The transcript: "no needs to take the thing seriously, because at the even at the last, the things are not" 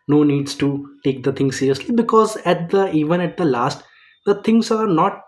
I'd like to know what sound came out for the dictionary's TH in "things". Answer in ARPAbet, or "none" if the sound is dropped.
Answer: T